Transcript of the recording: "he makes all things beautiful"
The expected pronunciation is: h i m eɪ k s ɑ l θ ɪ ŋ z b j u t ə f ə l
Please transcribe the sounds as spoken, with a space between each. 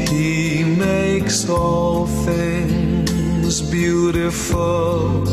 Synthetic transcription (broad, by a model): h i m eɪ k s ɑ l θ ɪ ŋ z b j u t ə f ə l